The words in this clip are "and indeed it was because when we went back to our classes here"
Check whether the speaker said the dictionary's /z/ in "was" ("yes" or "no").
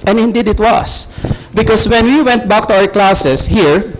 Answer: no